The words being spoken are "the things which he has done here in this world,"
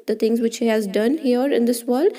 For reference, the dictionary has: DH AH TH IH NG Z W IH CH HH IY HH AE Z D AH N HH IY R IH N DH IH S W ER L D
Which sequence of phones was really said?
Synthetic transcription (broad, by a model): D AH T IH NG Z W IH CH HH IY HH AE Z D AH N HH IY R IH N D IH S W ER L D